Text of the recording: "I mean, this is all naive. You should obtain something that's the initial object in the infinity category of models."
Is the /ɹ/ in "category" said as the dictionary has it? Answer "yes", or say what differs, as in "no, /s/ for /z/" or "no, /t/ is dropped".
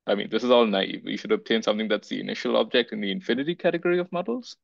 yes